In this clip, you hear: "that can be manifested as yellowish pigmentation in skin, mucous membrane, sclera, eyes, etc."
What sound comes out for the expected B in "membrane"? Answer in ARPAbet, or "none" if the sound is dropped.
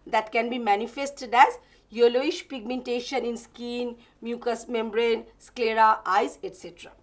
B